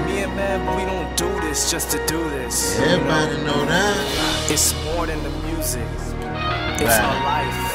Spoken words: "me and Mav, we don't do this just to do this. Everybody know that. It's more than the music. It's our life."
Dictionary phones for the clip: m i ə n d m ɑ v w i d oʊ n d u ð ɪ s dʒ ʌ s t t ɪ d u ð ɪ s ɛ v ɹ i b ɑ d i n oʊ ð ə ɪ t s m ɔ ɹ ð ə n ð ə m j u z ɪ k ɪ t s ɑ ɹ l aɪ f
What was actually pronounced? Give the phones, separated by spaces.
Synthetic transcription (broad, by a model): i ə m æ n w i d oʊ n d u ð ɪ s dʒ ʌ s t t ɪ d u ð ɪ s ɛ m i ɪ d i n oʊ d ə ɪ t s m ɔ ɹ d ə n ð ə m j u z ɪ k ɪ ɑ l aɪ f